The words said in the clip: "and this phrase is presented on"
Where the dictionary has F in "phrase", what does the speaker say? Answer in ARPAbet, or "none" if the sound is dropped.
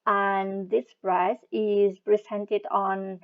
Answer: P